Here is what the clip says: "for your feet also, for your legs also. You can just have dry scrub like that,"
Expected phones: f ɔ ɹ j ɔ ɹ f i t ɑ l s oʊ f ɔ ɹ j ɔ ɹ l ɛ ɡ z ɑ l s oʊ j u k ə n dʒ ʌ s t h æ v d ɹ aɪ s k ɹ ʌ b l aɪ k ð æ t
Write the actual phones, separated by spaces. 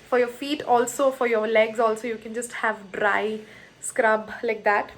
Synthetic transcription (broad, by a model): f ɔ ɹ j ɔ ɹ f i t ɑ l s oʊ f ɔ ɹ j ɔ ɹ l ɛ ɡ z ɑ l s oʊ j u k ə n dʒ ʌ s t h æ v d ɹ aɪ s k ɹ ʌ b l aɪ k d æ t